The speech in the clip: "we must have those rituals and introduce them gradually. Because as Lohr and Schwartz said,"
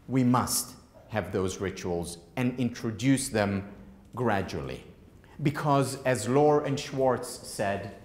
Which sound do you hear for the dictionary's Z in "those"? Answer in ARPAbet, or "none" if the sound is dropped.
Z